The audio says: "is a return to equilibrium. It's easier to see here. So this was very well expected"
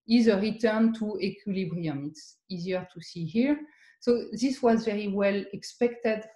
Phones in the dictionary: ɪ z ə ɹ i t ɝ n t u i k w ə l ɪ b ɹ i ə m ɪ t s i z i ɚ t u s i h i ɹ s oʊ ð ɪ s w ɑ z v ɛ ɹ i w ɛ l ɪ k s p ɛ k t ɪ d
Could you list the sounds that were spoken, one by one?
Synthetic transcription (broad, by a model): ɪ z ə ɹ i t ɝ n t u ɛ k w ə l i b ɹ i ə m ɪ t s i z i ɚ t u s i h i ɹ s oʊ ð ɪ s w ɑ z v ɛ ɹ i w ɛ l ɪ k s p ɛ k t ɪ d